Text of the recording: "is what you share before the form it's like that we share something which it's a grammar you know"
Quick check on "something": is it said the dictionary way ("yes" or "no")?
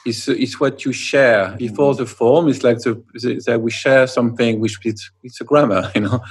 yes